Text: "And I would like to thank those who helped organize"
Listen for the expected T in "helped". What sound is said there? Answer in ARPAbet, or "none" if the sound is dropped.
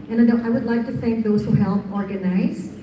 none